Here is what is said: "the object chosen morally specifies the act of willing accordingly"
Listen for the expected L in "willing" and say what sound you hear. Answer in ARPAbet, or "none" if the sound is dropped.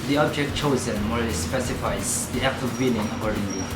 N